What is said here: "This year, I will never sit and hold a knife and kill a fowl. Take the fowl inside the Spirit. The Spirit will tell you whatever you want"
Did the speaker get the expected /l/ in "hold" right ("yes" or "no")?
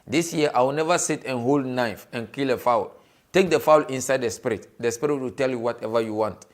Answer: yes